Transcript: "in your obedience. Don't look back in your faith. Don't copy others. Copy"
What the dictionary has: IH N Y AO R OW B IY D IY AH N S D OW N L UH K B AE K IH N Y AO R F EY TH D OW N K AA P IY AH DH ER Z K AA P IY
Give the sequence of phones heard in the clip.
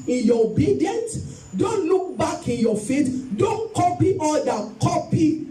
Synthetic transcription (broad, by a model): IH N Y AO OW B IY D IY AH N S D OW N L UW K B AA K IH N Y AO F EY T D OW N K AA P IY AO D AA K AA P IY